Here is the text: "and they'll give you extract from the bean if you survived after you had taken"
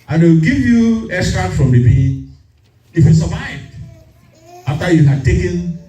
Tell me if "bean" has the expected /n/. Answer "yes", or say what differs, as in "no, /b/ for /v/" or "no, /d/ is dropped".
no, /n/ is dropped